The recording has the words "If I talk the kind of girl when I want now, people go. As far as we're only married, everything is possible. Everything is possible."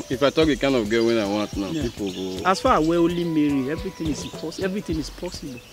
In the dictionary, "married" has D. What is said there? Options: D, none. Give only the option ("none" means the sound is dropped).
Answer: none